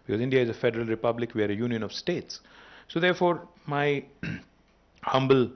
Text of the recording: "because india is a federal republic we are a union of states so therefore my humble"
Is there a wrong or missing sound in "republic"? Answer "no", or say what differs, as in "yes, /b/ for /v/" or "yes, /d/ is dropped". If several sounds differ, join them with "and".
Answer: no